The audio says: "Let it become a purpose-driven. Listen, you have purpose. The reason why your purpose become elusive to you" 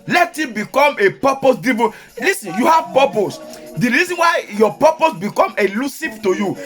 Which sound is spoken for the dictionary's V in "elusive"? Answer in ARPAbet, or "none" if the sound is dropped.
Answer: P